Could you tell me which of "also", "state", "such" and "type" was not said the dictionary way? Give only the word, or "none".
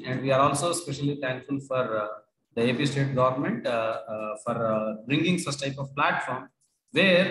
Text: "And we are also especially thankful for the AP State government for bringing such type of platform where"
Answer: such